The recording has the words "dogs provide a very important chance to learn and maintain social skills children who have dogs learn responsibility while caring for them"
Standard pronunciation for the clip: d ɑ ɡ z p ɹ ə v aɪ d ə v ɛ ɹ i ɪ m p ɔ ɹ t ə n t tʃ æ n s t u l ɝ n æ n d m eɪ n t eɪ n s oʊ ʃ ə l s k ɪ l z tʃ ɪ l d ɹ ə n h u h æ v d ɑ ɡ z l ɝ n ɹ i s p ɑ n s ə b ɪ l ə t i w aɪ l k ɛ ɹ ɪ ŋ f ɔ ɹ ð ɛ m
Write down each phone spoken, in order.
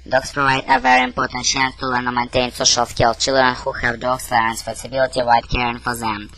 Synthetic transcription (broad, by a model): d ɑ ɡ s p ɹ ə v aɪ d ə v ɛ ɹ i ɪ m p ɔ ɹ t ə n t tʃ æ n s t u l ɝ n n m eɪ n t eɪ n s oʊ ʃ ə l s k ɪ l tʃ ɪ l d ɹ ə n h u h æ v d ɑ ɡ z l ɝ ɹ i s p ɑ s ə b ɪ l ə t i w aɪ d k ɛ ɹ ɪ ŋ f ɔ ɹ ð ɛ m